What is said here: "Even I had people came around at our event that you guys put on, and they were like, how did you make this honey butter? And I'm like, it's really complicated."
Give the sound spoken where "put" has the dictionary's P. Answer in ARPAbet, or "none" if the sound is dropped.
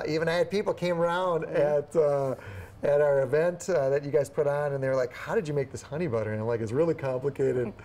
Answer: P